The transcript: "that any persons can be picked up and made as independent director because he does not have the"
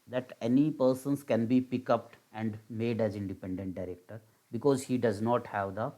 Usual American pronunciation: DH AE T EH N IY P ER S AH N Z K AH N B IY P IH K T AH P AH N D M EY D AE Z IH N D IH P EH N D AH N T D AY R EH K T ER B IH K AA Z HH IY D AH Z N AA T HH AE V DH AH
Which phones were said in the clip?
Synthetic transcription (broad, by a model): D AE T EH N IY P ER S AH N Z K AH N B IY P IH K AH P AH N D M EY D AE Z IH N D IH P EH N D AH N T D AY R EH K T ER B IH K AA Z HH IY D AH Z N AA T HH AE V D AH